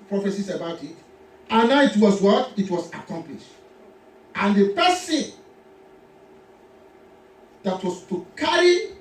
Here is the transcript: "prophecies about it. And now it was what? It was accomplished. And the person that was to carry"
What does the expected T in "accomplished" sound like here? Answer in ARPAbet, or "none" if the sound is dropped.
T